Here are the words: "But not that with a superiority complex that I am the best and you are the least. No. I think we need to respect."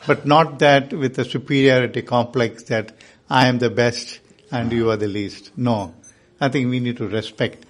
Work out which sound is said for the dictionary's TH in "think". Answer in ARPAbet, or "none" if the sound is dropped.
T